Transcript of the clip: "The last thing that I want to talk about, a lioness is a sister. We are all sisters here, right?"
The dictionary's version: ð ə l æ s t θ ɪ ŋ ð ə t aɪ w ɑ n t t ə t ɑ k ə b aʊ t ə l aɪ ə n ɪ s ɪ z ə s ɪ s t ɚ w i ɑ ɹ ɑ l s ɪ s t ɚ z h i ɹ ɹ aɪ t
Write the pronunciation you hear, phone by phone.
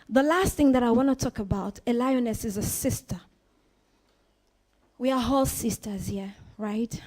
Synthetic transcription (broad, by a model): ð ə l æ s t θ ɪ ŋ ð ə t aɪ w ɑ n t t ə t ɑ k ə b aʊ t ə l aɪ ə n ɪ s ɪ z ə s ɪ s t ɚ w i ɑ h ɑ l s ɪ s t ɚ z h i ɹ ɹ aɪ t